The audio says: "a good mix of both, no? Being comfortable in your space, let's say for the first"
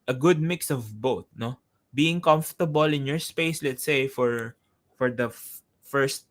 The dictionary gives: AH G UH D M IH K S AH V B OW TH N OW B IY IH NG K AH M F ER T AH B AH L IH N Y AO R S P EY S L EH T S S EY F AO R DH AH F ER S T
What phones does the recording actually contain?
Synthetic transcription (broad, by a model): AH G UH D M IH K S AH V B OW T N OW B IY IH NG K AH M F T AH B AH L IH N Y AO R S P EY S L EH T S S EY F AO R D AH F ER S T